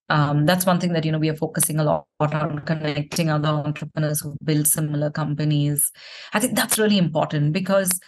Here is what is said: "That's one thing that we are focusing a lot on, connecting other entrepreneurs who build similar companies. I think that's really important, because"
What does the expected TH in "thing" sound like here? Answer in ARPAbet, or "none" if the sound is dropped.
T